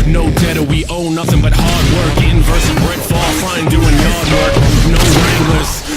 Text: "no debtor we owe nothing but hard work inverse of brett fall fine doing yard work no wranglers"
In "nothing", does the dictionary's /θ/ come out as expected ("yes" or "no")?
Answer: yes